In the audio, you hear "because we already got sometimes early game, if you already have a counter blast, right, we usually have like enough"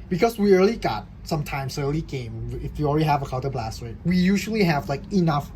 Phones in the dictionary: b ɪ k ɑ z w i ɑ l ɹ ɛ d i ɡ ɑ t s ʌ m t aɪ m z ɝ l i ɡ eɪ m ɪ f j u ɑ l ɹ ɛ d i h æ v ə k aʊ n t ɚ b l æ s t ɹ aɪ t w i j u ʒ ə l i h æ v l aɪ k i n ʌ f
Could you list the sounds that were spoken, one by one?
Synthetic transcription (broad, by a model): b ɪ k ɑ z w i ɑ l i ɡ ɑ t s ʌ m t aɪ m s ɝ l i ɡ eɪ m ɪ f j u ɑ l ɹ ɛ d i h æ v ə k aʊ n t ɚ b l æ s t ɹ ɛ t w i j u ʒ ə l i h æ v l aɪ k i n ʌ f